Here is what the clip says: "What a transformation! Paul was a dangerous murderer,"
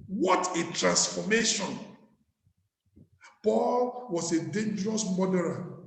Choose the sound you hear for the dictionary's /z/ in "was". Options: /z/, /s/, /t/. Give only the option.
/s/